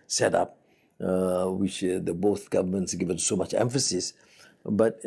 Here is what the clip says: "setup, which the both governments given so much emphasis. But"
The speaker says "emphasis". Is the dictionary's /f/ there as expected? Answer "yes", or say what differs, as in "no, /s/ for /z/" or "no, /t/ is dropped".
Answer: yes